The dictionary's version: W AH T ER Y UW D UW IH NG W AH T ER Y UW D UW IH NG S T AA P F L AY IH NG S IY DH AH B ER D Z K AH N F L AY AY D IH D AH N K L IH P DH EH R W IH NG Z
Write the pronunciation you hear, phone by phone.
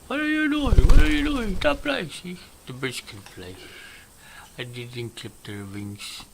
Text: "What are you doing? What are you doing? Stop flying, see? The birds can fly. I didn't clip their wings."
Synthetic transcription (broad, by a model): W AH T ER Y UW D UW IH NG W AH T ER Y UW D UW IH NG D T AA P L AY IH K S IY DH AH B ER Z K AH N P L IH AY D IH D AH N K L IH P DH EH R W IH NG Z